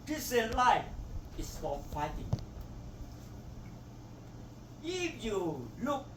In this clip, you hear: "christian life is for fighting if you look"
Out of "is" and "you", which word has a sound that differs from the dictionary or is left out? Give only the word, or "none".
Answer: is